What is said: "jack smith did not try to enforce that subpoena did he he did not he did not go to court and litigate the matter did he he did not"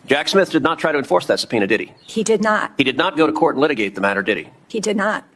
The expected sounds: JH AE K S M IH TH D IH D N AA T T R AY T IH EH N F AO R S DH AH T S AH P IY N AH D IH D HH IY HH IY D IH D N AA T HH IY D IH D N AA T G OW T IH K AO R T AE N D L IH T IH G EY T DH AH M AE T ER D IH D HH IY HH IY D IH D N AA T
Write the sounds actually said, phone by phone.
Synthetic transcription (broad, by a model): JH AE K S M IH TH D IH D N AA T T R AY T IH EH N F AO R S DH AH T S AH P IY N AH D IH D IY HH IY D IH D N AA T HH IY D IH D N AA T G OW T IH K AO R T N L IH T IH G EY T DH AH M AE T ER D IH D IY HH IY D IH D N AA T